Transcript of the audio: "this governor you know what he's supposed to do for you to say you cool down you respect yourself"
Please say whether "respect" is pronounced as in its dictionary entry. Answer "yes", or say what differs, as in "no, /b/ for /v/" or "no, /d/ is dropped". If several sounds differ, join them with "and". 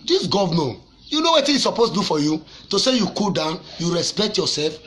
yes